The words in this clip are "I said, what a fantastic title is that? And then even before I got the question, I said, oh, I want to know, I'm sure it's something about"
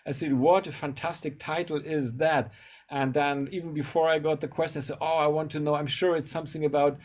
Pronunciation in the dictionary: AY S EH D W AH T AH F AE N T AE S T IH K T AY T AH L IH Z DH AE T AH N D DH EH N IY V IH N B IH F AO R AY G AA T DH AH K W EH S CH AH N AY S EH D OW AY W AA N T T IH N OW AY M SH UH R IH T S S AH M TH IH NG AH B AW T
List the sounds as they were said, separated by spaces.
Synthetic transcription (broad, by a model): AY S EH D W AH T AH F AE N T AE S T IH K T AY T L IH Z DH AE T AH N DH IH N IY V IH N B IH F AO R AY G AA T DH AH K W EH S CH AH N AY S EH D OW AY W AA N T T IH N OW AY M SH UH R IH T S S AH M TH IH NG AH B AW T